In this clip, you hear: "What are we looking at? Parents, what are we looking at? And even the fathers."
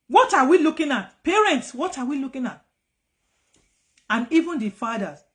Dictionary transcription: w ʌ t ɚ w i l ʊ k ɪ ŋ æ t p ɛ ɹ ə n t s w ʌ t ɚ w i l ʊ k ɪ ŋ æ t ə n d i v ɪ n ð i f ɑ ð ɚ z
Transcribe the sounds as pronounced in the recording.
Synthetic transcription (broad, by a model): w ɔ t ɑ w i l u k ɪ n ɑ t p ɛ ɹ ə n t s w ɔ t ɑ w i l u k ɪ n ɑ t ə n i v ɪ n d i f ɑ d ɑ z